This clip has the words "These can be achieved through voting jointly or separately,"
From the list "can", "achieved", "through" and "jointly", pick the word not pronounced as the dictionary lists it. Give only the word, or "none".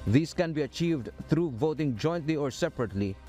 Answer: through